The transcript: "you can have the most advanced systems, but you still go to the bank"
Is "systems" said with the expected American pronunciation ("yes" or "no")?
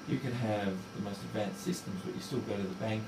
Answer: yes